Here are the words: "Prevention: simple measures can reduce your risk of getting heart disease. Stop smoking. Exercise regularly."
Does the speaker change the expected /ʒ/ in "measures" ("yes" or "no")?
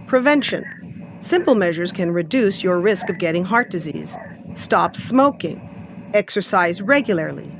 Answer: no